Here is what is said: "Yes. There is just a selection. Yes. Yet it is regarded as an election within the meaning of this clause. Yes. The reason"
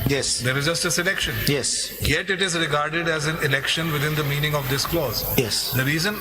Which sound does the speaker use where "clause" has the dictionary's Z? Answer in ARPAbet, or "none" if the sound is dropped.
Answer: Z